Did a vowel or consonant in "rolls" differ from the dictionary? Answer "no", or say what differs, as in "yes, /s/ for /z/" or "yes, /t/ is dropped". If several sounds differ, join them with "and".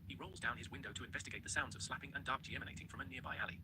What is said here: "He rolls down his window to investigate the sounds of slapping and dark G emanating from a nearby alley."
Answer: no